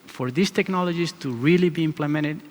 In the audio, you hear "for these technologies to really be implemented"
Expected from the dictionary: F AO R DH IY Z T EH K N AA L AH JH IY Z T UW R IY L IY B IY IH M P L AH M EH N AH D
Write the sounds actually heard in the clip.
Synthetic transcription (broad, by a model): F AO R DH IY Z T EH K N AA L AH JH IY S T UW R IY L IY B IY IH M P L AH M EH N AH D